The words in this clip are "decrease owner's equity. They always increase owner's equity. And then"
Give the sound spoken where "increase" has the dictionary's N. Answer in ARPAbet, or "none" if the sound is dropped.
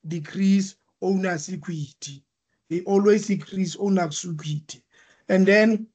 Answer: none